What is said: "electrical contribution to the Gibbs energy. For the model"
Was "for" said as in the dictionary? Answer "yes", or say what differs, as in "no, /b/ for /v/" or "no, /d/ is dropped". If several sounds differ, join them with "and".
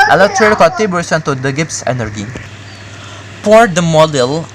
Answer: no, /p/ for /f/